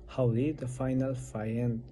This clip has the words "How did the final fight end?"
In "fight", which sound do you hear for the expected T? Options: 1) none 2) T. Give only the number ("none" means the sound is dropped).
1